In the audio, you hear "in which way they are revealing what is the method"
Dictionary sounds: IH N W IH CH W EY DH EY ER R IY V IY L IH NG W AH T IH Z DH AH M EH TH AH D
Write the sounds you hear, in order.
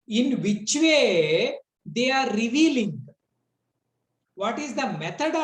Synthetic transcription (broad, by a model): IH N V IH CH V EY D EY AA R IY V IY L IH NG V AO T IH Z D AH M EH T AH D